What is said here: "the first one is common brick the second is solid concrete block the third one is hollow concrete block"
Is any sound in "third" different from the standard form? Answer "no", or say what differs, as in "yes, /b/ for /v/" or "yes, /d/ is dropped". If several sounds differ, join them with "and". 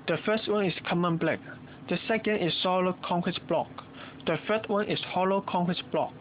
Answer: yes, /f/ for /θ/